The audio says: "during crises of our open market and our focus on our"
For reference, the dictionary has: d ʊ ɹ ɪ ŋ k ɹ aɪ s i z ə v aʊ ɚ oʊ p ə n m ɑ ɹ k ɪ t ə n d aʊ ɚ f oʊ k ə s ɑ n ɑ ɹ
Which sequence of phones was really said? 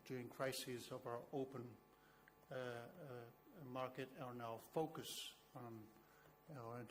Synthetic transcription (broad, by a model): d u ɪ ŋ k ɹ aɪ s i z ə v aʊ ɚ oʊ p ə n m ɑ ɹ k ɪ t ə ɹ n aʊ f oʊ k ə s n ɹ